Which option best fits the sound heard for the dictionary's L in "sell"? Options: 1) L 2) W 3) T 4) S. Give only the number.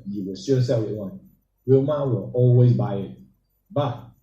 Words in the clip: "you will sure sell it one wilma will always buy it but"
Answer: 2